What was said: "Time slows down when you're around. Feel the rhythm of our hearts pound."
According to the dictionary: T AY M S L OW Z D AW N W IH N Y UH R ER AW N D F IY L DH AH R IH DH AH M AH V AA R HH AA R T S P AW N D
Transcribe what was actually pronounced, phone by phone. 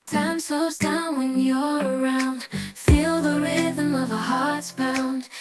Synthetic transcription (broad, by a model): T AY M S OW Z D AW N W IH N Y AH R ER AW N D F IY L DH AH R IH DH AH M AH V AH HH AA R T S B AW N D